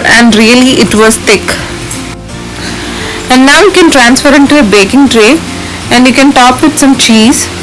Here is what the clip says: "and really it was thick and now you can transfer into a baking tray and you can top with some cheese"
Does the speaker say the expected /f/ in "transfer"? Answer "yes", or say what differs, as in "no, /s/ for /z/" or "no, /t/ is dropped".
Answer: yes